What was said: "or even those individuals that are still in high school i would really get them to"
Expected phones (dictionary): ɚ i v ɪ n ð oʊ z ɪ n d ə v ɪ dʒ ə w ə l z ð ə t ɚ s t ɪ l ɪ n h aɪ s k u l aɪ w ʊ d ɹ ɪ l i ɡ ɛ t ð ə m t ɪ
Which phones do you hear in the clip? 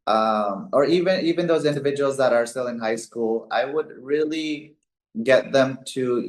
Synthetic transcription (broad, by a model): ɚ i v ɪ n ð oʊ z ɪ n d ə v ɪ dʒ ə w l z ð ə t ɚ s t ɪ l ɪ n h aɪ s k u l aɪ w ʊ d ɹ ɪ l i ɡ ɛ t ð ə m t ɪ